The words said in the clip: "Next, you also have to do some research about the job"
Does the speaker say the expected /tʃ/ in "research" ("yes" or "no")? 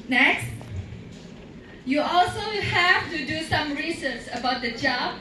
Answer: no